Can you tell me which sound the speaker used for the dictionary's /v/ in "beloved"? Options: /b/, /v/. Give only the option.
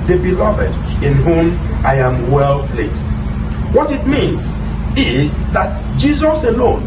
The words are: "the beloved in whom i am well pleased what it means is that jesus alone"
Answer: /v/